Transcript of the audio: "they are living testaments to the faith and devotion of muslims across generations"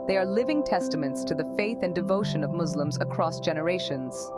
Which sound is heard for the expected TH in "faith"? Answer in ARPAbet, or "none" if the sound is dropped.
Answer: TH